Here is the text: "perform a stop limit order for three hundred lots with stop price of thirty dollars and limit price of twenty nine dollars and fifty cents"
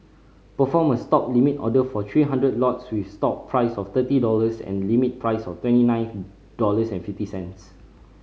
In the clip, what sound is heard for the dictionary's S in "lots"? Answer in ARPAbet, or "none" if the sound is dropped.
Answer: S